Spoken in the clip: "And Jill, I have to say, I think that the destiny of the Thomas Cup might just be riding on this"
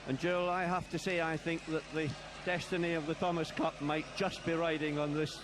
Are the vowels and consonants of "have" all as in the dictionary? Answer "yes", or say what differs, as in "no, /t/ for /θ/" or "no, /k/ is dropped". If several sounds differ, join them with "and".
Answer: no, /f/ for /v/